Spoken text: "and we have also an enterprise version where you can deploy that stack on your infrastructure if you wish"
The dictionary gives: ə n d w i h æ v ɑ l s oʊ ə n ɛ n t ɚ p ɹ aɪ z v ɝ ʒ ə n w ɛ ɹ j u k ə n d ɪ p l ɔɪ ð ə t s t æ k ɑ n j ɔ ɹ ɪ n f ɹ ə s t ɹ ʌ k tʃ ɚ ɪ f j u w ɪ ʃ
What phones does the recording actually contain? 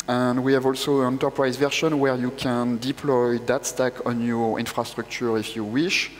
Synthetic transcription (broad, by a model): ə n d w i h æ v ɑ l s oʊ ə n ɛ n t ɚ p ɹ aɪ z v ɝ ʃ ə n w ɛ ɹ j u k ə n d ɪ p l ɔɪ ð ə t s t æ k ɑ n j ɔ ɹ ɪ n f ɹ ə s t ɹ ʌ k tʃ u ɪ f j u w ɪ ʃ